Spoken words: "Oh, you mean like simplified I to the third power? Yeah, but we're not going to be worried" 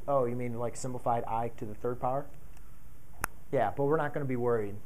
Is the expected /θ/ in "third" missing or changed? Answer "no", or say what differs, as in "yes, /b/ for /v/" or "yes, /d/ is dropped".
no